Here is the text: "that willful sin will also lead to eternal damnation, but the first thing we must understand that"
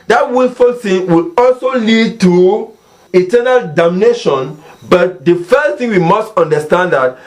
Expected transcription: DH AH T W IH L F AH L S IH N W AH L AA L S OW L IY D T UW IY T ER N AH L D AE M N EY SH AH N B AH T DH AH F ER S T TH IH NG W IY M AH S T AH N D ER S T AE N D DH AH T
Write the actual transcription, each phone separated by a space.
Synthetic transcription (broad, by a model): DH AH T W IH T F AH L TH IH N W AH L AA L S OW L IY D T UW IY T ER N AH L D AE M N EY SH AH N B AH T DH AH F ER S T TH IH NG W IY M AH S T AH N D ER S T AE N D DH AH T